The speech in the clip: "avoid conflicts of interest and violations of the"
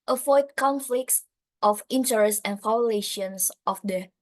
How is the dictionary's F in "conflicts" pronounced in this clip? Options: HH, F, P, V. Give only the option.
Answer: F